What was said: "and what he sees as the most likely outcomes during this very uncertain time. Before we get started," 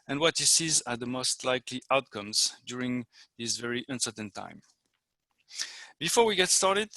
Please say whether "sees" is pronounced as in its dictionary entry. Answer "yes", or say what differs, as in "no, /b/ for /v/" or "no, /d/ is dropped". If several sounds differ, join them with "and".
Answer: yes